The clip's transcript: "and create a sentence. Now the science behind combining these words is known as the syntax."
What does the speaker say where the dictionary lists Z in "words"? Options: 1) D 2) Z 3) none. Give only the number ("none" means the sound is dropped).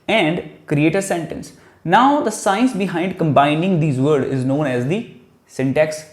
3